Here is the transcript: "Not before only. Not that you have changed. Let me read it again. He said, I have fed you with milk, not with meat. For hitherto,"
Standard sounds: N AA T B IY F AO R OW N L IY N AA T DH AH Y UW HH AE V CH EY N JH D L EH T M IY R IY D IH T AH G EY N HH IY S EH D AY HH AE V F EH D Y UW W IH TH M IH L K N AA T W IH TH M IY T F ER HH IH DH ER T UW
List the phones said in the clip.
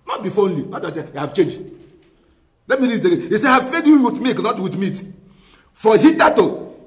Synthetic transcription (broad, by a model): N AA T B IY F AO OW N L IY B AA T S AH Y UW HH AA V CH EY N JH D L EH T M IY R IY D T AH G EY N HH IY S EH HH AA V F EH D Y UW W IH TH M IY K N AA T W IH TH M IY T F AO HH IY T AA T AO